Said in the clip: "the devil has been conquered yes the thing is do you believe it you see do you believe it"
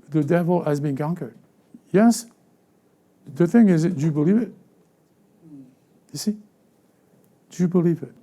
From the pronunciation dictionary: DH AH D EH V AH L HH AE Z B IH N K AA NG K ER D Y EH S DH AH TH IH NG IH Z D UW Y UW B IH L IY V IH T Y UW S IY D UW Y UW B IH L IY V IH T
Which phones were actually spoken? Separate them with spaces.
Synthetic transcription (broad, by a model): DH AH D EH V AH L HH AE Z B IH N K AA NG K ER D Y EH S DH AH TH IH NG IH Z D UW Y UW B IH L IY V IH T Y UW S IY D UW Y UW B IH L IY V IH T